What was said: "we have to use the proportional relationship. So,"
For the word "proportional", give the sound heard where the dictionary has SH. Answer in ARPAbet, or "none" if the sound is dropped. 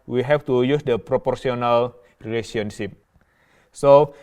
S